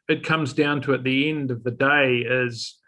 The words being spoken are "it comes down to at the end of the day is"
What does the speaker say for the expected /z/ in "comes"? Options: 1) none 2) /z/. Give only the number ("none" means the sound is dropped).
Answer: 2